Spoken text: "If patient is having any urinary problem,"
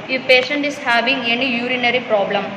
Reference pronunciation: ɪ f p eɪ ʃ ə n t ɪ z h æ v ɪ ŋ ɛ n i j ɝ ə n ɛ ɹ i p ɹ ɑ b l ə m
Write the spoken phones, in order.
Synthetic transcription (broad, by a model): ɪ p eɪ ʃ ə n t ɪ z h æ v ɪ ŋ ɛ n i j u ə n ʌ ɹ i p ɹ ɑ b l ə m